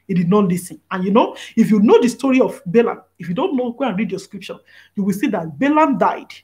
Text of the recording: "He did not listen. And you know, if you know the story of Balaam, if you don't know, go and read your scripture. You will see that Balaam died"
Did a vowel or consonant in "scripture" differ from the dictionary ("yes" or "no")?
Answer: yes